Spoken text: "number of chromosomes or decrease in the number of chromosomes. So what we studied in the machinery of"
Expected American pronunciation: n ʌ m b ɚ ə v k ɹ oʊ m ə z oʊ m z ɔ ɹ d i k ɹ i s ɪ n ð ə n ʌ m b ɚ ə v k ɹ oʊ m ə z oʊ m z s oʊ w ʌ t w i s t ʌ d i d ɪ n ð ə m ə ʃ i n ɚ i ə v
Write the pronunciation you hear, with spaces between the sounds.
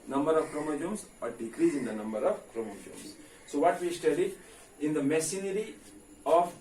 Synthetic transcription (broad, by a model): n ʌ m b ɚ ə v k ɹ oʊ m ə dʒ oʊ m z ɔ ɹ d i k ɹ i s ɪ n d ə n ʌ m b ɚ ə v k ɹ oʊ m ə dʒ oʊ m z s oʊ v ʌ t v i s t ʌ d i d ɪ n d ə m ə s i n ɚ i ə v